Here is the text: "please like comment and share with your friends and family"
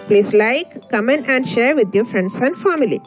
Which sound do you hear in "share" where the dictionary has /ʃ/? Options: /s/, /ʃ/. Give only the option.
/ʃ/